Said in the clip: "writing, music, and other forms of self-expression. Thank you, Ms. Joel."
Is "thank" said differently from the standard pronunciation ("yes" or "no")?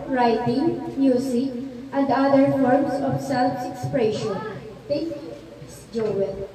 yes